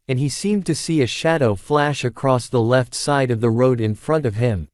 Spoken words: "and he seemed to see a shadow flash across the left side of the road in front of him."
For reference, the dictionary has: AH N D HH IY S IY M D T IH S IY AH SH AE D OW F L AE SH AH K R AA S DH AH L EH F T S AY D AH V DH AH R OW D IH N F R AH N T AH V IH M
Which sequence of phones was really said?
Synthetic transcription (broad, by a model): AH N IY S IY M T IH S IY AH SH AE D OW F L AE SH AH K R AA S DH AH L EH F T S AY D AH V DH AH R OW D IH N F R AH N T AH V IH M